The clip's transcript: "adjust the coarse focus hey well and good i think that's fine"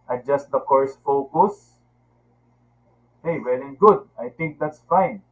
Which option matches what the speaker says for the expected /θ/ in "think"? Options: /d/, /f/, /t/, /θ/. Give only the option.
/t/